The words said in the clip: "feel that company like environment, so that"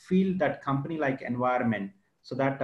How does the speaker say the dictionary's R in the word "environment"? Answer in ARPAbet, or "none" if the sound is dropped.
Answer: none